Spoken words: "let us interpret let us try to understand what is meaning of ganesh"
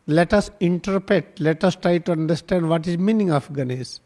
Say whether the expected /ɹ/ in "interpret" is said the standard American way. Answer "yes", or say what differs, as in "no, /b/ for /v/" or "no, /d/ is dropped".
yes